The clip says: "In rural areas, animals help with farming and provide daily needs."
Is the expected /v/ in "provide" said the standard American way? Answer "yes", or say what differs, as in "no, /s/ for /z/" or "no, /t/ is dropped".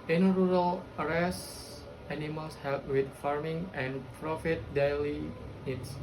no, /f/ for /v/